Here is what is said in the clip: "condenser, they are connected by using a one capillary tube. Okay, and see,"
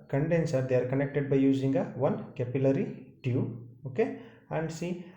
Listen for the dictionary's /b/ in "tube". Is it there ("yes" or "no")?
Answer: no